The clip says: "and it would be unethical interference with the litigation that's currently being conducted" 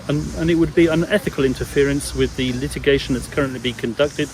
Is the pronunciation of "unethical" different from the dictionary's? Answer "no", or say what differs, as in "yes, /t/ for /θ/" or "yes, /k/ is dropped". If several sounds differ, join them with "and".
no